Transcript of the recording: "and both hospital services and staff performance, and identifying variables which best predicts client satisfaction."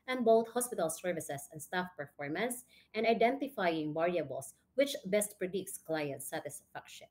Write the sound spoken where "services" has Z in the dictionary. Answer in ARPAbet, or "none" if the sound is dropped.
S